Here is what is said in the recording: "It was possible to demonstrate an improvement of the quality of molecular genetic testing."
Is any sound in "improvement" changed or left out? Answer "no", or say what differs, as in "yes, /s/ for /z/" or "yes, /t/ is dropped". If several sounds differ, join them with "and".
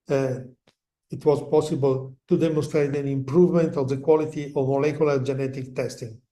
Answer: no